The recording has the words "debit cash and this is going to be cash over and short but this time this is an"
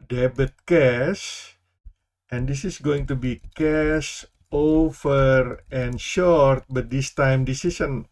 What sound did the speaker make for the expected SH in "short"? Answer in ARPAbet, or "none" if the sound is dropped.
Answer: SH